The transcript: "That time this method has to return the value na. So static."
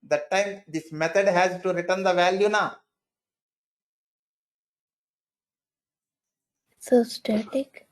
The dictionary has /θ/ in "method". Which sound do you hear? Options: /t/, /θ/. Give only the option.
/t/